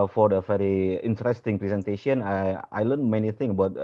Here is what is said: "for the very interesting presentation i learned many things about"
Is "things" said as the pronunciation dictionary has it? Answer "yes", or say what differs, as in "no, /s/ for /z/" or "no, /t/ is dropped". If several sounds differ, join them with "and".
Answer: no, /z/ is dropped